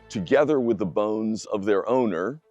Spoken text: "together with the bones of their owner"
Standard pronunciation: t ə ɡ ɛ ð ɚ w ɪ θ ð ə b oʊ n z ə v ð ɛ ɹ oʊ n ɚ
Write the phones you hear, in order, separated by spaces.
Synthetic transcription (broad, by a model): t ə ɡ ɛ ð ɚ w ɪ ð ə b oʊ n z ə v ð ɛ ɹ oʊ n ɚ